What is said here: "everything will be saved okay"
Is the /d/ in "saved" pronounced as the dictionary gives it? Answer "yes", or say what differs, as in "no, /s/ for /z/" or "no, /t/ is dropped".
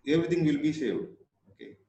no, /d/ is dropped